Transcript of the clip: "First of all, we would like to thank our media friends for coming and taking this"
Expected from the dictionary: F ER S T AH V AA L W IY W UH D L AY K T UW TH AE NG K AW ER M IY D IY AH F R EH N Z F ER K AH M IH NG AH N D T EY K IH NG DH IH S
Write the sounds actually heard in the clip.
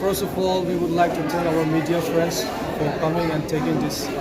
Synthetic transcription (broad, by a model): F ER S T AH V AA L W IY W UH D L AY K T UW T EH K AW ER M IY D IY AH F R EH N S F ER K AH M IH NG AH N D T EY K IH NG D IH S